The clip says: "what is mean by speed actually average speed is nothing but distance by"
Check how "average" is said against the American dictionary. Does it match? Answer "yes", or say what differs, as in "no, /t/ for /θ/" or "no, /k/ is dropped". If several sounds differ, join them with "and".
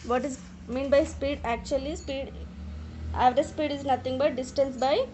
no, /p/ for /v/